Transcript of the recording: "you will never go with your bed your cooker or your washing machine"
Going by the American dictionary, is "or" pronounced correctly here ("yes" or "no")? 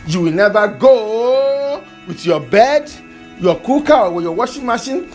no